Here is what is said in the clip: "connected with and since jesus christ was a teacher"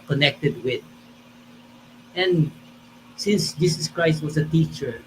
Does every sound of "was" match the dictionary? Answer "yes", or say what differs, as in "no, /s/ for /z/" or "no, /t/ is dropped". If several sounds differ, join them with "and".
no, /s/ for /z/